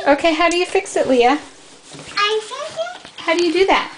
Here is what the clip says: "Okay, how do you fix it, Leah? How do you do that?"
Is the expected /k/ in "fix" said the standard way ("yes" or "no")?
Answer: yes